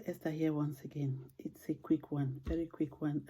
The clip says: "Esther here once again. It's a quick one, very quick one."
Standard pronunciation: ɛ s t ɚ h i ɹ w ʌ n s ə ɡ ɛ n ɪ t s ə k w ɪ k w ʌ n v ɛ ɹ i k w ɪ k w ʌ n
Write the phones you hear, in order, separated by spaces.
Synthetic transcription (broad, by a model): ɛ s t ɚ h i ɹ w ʌ n s ə ɡ ɛ n ɪ t s ə k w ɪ k w ʌ n v ɛ ɹ i k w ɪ k w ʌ n